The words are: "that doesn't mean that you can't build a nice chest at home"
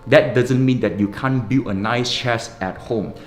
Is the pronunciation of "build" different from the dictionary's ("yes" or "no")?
yes